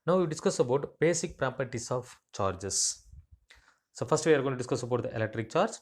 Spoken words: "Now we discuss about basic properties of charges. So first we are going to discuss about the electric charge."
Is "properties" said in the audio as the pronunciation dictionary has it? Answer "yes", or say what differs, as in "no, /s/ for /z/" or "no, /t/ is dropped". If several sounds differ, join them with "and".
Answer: no, /s/ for /z/